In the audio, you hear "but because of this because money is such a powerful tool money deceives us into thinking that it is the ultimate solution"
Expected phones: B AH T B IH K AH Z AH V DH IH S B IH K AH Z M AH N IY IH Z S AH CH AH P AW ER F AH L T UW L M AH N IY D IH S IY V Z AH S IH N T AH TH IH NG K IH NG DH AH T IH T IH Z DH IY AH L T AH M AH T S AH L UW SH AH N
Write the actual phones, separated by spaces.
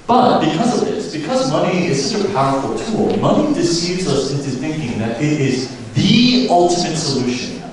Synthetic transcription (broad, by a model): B AH T B IH K AH Z AH V DH IH S B IH K AH Z M AH N IY IH Z S AH CH AH P AW ER F AH L T UW L M AH N IY D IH S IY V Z AH S IH N T AH TH IH NG K IH NG DH AH T IH T IH Z DH IY AH L T AH M AH T S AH L UW SH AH N